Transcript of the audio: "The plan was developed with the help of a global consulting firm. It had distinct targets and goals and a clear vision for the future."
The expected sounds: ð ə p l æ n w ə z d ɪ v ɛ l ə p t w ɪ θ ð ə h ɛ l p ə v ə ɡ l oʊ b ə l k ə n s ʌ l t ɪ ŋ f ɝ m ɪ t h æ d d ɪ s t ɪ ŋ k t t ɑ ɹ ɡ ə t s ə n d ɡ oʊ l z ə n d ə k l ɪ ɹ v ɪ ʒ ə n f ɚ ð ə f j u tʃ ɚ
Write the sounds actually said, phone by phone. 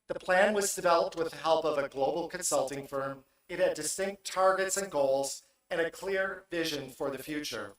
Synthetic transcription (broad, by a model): ð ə p l æ n w ə z d ɪ v ɛ l ə p t w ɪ ð ə h ɛ l p ə v ə ɡ l oʊ b l k ə n s ʌ l t ɪ ŋ f ɝ m ɪ t h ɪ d d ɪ s t ɪ ŋ k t t ɑ ɹ ɡ ə t s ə n ɡ oʊ l z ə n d ə k l ɪ ɹ v ɪ ʒ ə n f ɚ ð ə f j u tʃ ɚ